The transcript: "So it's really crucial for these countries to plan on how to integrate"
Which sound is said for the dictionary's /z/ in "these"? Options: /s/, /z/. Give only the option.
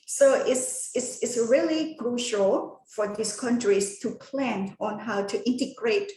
/s/